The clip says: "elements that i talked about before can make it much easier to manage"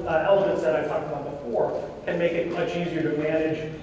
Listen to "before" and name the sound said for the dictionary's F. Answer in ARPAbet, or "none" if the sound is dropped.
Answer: F